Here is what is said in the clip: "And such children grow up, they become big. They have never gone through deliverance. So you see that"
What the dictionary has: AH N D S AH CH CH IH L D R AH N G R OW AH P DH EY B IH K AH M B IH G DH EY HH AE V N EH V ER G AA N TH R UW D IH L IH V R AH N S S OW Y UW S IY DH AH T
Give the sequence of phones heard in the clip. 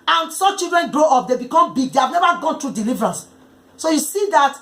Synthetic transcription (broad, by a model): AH N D S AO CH CH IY L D R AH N G R OW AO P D EY B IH K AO M B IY G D EY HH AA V N EH V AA G AA N T R UW D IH L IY V R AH N S S OW Y UW S IY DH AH T